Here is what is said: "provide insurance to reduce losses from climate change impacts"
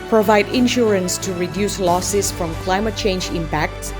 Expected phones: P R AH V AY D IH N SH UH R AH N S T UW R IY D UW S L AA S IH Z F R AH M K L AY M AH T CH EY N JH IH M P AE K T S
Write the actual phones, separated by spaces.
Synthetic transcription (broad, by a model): P R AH V AY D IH N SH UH R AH N S T UW R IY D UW S L AA S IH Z F R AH M K L AY M AH T CH EY N JH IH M P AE K T S